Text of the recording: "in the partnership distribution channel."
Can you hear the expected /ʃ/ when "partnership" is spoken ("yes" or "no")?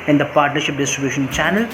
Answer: yes